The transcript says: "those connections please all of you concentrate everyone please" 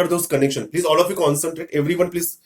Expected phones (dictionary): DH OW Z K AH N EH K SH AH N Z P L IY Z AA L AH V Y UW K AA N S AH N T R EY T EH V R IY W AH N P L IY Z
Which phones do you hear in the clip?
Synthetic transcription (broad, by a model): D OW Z K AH N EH K SH AH N P L IY Z AA L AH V Y UW K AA N S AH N T R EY T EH V R IY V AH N P L IY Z